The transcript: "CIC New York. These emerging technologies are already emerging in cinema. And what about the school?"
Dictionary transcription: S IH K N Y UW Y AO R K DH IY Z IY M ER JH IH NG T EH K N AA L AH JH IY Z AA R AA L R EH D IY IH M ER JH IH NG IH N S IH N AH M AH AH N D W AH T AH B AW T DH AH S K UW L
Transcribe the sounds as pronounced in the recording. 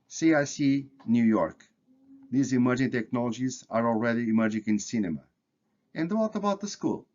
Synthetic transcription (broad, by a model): S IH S N Y UW Y AO R K DH IY Z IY M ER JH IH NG T EH K N AA L AH JH IY Z AA R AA L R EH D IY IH M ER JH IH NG IH N S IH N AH M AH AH N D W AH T AH B AW T DH AH S K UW L